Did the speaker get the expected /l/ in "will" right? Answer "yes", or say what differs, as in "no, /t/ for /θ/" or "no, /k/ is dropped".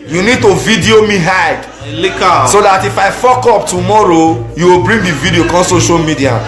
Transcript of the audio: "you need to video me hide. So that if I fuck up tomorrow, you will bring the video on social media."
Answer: yes